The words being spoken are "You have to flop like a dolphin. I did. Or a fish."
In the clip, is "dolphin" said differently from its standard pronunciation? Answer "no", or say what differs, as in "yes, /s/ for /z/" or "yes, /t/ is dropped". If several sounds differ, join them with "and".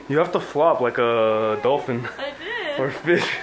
no